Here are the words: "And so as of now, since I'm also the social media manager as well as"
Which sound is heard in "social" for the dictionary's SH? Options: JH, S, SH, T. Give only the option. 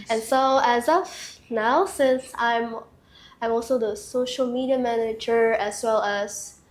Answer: SH